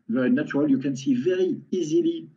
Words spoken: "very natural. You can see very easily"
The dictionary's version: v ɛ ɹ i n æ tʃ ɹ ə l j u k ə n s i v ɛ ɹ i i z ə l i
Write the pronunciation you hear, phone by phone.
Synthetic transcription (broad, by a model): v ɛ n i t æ ɹ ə l j u k ə n s i v ɛ ɹ i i z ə l i